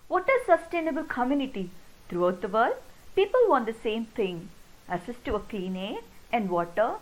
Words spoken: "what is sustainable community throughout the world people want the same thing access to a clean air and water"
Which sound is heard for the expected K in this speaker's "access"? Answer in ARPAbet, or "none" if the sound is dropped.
none